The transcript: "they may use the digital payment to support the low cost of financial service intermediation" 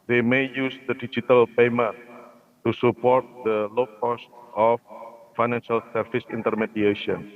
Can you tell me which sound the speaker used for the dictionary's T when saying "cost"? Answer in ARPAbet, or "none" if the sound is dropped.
T